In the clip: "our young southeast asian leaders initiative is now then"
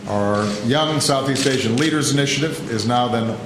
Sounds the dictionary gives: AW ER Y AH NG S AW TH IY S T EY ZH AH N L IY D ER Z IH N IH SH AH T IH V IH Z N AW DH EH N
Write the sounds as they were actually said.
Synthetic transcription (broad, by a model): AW ER Y AH NG S AW TH IY S T EY SH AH N L IY D ER Z IH N IH SH AH T IH V IH Z N AW DH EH N